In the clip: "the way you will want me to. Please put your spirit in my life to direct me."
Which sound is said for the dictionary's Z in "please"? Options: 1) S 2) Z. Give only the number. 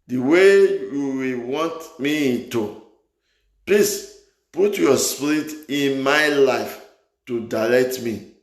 1